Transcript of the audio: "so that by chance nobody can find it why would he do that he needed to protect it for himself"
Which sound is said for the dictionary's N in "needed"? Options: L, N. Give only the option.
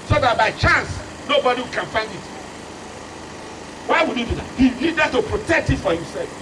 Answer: L